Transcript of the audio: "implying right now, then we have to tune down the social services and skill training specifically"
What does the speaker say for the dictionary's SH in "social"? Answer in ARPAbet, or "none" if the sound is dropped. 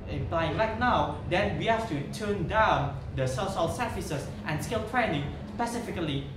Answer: S